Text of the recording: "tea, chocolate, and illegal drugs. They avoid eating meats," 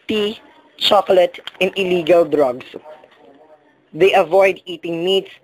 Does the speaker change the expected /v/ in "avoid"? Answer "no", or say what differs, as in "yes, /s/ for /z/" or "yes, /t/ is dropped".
no